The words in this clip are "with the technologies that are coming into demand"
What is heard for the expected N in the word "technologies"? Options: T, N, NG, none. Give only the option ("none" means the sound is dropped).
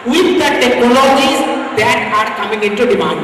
none